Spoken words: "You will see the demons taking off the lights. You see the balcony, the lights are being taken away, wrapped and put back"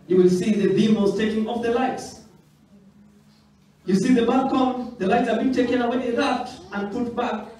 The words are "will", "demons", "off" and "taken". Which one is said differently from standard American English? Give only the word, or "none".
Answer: demons